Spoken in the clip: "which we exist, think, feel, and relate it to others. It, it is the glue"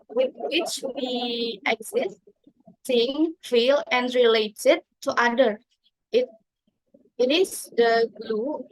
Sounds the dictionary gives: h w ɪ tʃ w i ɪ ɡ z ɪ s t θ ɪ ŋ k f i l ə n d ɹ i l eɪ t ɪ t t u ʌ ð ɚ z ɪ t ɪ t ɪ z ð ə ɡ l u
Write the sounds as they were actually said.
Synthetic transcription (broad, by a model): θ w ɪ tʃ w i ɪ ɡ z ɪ s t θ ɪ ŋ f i l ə n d ɹ i l eɪ t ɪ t t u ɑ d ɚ ɪ t ɪ t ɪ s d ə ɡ l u